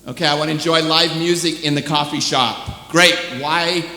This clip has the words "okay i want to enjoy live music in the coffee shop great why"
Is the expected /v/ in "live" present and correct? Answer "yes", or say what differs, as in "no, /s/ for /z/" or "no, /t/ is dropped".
yes